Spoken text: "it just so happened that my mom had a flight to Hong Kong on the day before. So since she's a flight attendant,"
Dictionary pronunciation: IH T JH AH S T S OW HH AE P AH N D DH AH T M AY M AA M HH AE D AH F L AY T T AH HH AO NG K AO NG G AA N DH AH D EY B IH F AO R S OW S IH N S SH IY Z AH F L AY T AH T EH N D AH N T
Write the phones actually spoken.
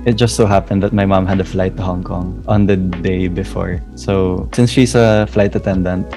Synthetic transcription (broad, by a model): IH T JH AH S T S OW HH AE P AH N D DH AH T M AY M AA M HH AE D AH F L AY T T AH HH AO NG K AO NG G AA N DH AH D EY B IH F AO R S OW S IH N S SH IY S AH F L AY T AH T EH N D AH N T